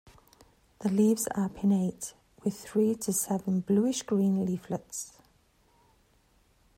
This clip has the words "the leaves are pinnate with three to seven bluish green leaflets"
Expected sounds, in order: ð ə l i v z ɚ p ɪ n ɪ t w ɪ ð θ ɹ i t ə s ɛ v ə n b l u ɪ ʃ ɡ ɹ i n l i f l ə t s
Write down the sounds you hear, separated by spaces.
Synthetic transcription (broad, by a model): ð ə l i v z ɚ p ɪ n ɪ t w ɪ ð θ ɹ i t ə s ɛ v ə n b l u ɪ ʃ ɡ ɹ i n l i f l ə t s